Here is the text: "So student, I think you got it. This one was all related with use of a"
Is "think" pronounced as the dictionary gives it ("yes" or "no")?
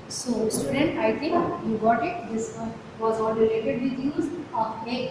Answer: no